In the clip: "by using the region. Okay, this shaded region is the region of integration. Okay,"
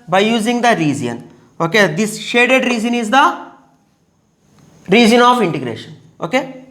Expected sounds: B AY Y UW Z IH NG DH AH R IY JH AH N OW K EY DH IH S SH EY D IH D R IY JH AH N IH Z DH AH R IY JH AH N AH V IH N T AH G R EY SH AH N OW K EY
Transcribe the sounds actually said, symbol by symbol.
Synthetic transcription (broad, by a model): B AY Y UW Z IH NG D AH R IY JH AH N OW K EY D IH S SH EY D IH D R IY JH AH N IH Z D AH R IY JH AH N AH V IH N T AH G R EY SH AH N OW K EY